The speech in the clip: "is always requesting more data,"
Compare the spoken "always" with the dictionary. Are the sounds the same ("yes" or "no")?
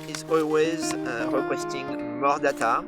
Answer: yes